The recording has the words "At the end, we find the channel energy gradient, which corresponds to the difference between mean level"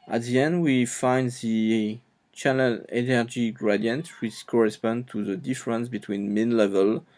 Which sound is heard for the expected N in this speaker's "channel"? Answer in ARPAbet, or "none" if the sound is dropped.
L